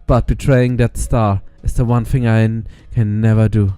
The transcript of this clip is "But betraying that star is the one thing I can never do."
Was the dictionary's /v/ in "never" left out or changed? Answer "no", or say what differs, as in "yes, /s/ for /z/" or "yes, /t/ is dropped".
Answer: no